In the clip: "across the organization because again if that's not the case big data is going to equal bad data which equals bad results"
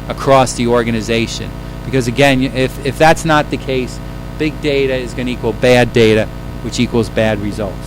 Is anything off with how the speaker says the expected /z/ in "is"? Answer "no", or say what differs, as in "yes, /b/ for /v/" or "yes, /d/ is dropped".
no